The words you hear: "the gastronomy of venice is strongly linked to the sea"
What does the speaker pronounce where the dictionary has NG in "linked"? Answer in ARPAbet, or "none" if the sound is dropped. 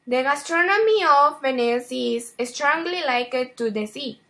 none